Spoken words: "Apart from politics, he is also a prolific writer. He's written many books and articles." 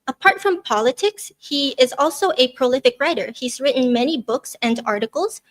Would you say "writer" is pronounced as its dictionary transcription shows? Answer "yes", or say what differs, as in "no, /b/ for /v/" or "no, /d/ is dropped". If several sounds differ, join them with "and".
yes